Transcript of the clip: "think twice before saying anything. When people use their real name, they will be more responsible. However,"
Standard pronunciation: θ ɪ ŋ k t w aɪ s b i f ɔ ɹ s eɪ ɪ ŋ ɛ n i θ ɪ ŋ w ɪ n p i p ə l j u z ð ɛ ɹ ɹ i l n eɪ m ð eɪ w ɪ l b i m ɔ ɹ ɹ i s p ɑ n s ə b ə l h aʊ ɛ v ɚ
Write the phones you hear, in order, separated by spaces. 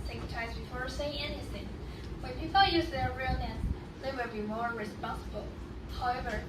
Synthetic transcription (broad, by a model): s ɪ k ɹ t aɪ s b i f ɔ ɹ s eɪ ɪ ŋ ɛ n i θ ɪ ŋ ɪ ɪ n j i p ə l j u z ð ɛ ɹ ɹ i l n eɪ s ð eɪ w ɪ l b i m ɔ ɹ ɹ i s p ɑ n s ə b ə l h aʊ ɛ v ɚ